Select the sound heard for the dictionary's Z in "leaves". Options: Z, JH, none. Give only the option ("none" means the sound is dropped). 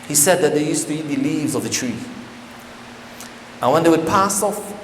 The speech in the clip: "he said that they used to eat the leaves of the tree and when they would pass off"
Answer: Z